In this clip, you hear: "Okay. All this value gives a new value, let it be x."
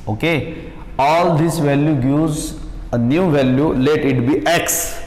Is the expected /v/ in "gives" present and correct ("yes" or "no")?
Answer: no